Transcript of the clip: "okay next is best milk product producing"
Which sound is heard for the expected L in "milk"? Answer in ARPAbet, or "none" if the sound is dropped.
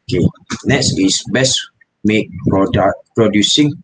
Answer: none